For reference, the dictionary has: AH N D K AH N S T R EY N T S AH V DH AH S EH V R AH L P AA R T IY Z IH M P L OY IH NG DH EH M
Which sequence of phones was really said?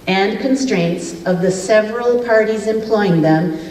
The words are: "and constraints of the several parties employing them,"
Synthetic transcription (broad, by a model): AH N K AH N S T R EY N T S AH V DH AH S EH V R AH L P AA R T IY Z IH M P L OY IH NG DH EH M